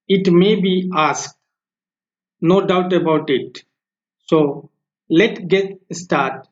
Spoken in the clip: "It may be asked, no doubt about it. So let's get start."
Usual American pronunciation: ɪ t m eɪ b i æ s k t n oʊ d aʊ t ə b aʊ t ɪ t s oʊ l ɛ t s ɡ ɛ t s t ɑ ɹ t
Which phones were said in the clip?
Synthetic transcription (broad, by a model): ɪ t m eɪ b i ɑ s k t n oʊ d aʊ t ə b aʊ t ɪ t s oʊ l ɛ t ɡ ɛ t s t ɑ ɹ t